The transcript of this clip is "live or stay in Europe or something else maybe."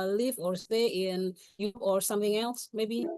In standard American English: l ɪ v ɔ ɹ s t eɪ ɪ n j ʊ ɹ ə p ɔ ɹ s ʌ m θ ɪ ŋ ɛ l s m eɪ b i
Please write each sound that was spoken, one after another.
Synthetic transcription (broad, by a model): l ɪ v ɔ ɹ s t eɪ ɪ n j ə ɔ ɹ s ʌ m θ ɪ ŋ ɛ l s m eɪ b i